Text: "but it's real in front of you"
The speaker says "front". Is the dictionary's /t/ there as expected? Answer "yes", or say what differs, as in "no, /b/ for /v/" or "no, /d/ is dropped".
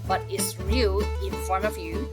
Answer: no, /t/ is dropped